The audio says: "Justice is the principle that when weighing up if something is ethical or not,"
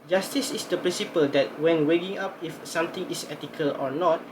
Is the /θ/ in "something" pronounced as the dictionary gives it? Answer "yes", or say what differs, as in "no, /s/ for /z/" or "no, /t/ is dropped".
no, /t/ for /θ/